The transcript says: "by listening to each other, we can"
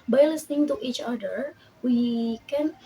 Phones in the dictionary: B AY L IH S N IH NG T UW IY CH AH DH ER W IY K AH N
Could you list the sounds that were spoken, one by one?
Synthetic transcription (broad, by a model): B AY L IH S N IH NG T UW IY CH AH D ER W IY K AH N